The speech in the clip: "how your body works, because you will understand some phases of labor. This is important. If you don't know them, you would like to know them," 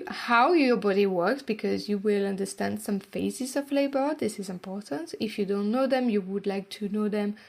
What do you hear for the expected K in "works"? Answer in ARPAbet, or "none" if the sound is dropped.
K